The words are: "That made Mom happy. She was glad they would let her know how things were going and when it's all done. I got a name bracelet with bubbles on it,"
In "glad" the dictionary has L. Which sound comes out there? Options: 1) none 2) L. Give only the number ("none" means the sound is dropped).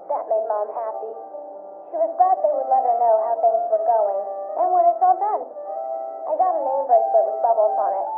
1